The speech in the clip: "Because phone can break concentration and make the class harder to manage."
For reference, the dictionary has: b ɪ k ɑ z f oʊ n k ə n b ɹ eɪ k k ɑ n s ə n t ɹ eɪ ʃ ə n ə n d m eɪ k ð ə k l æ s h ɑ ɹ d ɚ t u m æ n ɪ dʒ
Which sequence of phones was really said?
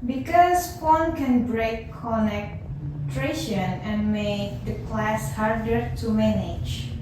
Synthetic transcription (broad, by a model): b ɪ k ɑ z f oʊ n k ə n b ɹ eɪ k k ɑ n ə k t ɹ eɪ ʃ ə n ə n m eɪ k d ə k l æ s h ɑ ɹ d ɚ t u m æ n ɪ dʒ